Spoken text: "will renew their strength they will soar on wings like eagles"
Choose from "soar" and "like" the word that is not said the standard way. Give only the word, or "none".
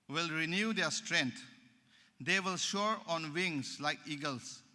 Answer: soar